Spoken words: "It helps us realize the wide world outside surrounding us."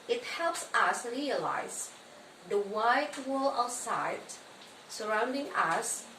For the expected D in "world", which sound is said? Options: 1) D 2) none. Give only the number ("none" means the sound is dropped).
2